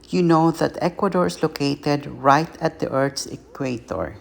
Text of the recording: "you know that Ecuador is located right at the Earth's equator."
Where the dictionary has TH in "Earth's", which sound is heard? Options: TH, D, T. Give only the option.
T